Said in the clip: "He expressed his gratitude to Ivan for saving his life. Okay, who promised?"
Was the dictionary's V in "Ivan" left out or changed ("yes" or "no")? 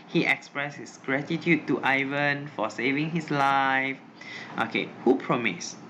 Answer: no